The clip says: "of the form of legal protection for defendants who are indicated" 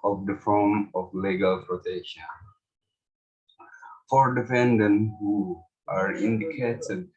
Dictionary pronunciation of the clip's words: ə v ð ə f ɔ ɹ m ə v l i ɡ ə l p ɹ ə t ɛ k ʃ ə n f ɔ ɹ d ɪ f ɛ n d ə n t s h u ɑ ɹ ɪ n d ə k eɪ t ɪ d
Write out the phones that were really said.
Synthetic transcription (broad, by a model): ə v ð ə f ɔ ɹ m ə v l i ɡ ə l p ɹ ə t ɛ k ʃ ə n f ɔ ɹ d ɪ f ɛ n d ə n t h u ɑ ɹ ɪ n d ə k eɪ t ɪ d